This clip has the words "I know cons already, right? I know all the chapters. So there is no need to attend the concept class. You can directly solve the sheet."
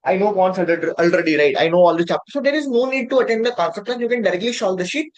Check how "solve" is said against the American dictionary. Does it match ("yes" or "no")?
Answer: no